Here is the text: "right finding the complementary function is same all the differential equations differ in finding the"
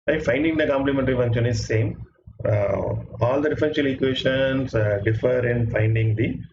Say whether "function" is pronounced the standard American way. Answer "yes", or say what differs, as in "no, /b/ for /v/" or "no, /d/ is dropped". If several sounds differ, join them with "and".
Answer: no, /k/ is dropped